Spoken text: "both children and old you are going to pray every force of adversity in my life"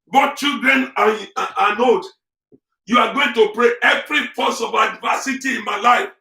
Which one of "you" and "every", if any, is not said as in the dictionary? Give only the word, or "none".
none